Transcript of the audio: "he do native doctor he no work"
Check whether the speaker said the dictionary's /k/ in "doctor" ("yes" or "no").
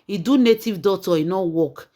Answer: no